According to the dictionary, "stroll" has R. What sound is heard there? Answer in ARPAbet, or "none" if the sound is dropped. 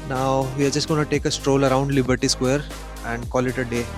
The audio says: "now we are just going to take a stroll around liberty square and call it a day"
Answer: R